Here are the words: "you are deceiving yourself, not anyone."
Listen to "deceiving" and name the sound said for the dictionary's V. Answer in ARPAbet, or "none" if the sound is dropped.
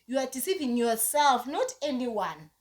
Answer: P